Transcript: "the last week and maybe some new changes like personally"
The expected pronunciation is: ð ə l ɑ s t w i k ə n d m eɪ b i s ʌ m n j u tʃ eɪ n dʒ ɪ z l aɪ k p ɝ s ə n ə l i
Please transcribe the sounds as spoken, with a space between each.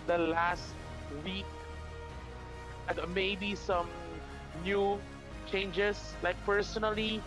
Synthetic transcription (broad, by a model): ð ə l ɑ s t w i k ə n m eɪ b i s ʌ m n j u tʃ eɪ n dʒ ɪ s l aɪ k p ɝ s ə n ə l i